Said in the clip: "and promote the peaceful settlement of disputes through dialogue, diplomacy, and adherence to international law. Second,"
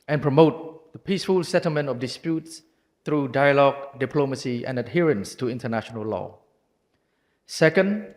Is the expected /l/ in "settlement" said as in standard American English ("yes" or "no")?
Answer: yes